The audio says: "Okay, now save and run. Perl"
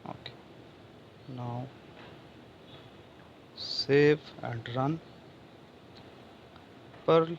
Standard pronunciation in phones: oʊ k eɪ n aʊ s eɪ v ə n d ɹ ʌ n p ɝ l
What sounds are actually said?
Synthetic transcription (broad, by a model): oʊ k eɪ n aʊ s eɪ f ə n d ɹ ʌ n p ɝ l